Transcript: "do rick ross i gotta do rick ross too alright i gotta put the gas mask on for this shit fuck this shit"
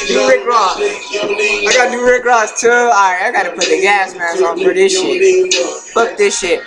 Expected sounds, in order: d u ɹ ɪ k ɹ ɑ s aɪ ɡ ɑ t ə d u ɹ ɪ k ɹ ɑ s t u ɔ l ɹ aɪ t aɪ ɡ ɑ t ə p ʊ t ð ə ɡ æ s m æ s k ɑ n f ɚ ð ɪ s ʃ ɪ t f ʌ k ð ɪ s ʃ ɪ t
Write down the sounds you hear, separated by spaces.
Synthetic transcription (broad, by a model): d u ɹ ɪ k ɹ ɑ s aɪ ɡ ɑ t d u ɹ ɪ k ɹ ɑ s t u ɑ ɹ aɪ aɪ ɡ ɑ t ə p ʊ t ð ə ɡ æ s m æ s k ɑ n p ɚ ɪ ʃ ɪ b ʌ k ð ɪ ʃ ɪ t